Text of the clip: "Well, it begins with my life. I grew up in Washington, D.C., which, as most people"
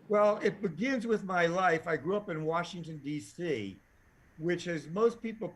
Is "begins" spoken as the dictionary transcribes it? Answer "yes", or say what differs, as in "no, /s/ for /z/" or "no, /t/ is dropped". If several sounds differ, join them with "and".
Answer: yes